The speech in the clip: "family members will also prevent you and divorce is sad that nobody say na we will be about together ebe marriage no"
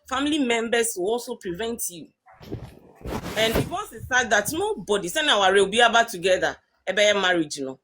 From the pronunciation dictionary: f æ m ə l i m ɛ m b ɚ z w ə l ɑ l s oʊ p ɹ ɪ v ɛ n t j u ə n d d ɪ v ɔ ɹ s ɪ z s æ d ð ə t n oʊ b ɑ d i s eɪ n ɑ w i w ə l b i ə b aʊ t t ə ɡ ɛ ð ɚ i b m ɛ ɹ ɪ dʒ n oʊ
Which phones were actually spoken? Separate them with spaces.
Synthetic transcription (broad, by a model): f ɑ m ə l i m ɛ m b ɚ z w ə l ɑ l s oʊ p ɹ ɪ v ɛ n t j u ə n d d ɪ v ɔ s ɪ s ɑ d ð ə t n oʊ b ɑ d i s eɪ n ɑ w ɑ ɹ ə w b i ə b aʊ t t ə ɡ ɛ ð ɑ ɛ b m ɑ ɹ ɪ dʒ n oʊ